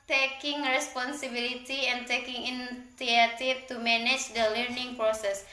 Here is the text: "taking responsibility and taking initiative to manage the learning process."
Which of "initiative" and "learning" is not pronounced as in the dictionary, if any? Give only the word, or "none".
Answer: initiative